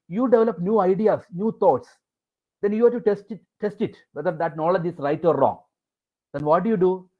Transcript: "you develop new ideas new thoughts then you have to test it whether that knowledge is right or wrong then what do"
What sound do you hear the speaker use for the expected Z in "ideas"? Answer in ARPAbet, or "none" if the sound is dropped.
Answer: S